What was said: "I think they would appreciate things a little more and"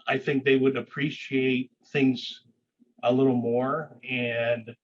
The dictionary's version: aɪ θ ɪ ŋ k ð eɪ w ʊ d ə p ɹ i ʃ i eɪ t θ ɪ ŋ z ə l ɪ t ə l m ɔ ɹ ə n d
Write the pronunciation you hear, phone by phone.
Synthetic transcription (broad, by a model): aɪ θ ɪ ŋ k ð eɪ w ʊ d ə p ɹ i ʃ i eɪ t θ ɪ ŋ z ə l ɪ t l m ɔ ɹ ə n